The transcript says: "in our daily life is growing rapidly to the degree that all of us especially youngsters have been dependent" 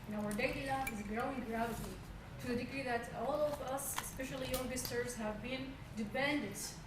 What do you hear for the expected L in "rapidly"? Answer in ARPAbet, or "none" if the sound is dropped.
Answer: none